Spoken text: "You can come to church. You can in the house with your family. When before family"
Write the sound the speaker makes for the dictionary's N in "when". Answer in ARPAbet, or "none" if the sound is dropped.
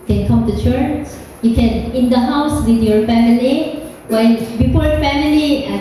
L